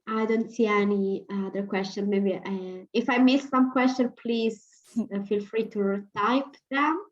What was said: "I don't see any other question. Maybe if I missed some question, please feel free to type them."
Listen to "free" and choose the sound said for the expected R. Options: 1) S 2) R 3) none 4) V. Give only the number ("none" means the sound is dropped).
2